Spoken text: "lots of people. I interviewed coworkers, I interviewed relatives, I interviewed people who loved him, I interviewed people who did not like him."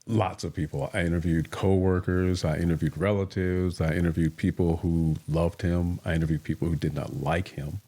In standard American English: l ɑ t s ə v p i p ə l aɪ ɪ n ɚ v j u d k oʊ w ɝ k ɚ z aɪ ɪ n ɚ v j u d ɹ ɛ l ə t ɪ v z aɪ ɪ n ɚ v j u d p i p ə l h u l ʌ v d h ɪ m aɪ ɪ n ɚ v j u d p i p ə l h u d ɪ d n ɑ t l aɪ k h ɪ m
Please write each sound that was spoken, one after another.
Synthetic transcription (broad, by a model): l ɑ t s ə v p i p l aɪ ɪ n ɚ v j u d k oʊ w ɝ k ɚ z aɪ ɪ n ɚ v j u d ɹ ɛ l ə t ɪ v z aɪ ɪ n ɚ v j u d p i p l h u l ʌ v d h ɪ m aɪ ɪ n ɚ v j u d p i p l h u d ɪ d n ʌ t l aɪ k h ɪ m